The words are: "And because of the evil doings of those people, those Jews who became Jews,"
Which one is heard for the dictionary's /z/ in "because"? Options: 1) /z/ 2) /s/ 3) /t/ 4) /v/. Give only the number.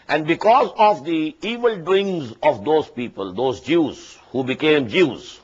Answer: 1